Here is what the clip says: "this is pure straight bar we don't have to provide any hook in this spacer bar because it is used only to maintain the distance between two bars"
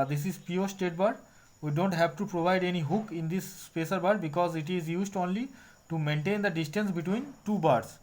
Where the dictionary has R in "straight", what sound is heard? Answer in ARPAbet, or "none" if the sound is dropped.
none